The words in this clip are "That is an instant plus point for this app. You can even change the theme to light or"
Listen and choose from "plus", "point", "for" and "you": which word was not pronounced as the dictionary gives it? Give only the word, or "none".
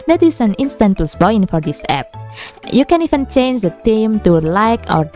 point